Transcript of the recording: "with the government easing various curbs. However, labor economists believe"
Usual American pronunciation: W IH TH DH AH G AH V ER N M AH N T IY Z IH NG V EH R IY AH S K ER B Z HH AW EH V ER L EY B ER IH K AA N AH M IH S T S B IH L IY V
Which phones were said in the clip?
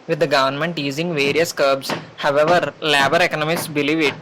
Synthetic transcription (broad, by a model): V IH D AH G AH V ER N M AH N T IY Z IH NG V EH R IY AH S K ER B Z HH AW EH V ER L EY B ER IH K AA N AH M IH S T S B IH L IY V